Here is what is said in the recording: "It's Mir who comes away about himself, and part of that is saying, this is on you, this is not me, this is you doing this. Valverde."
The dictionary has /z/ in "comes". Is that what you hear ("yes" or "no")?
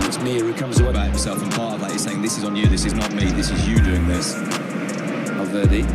yes